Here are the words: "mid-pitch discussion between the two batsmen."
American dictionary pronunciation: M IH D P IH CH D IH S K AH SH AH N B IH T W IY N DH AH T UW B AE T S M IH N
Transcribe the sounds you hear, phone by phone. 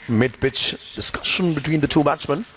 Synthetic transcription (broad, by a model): M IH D B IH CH D IH S K AH SH AH N B IH T W IY N DH AH T UW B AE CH M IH N